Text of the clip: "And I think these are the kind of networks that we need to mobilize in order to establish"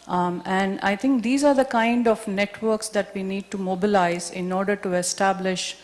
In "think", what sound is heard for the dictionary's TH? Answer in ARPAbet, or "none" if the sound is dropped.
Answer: T